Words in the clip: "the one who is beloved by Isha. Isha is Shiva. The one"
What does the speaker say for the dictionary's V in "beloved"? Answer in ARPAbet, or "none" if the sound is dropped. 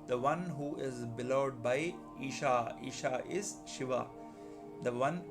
none